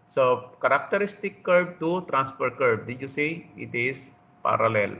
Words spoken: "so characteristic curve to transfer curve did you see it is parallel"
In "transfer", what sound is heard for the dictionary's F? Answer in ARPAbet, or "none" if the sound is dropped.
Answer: P